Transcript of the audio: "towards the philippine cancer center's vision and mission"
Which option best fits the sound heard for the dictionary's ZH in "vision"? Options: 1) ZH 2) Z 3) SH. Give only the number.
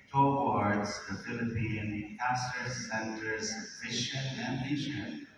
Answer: 3